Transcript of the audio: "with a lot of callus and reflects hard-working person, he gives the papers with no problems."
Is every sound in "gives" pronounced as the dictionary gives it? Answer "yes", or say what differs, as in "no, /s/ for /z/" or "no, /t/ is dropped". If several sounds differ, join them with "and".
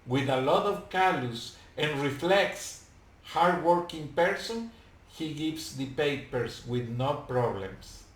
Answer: no, /s/ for /z/